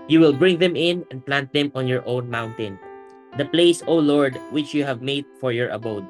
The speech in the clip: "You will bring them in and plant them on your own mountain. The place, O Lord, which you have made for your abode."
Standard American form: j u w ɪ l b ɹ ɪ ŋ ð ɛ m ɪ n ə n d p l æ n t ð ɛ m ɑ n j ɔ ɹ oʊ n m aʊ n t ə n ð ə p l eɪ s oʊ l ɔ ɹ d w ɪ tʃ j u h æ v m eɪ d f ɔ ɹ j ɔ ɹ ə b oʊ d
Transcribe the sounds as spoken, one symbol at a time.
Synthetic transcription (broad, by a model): j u w ɪ l b ɹ ɪ ŋ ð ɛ m ɪ n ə n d p l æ n t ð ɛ m ɑ n j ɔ ɹ oʊ n m aʊ n t ə n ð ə p l eɪ s oʊ l ɔ ɹ d w ɪ tʃ j u h æ v m eɪ d f ɔ ɹ j ɔ ɹ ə b oʊ d